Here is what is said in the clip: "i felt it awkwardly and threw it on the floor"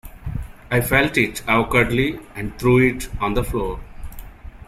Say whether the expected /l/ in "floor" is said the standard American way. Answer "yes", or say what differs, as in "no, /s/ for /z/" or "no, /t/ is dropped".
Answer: yes